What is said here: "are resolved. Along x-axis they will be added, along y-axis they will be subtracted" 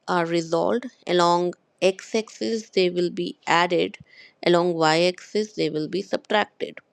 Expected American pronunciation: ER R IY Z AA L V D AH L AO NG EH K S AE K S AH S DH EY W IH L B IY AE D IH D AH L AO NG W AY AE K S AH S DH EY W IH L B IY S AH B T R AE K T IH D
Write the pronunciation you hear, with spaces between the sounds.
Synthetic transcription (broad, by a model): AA R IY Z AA L D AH L AO NG EH K S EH K S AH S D EY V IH L B IY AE D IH D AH L AO NG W AY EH K S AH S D EY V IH L B IY S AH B T R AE K T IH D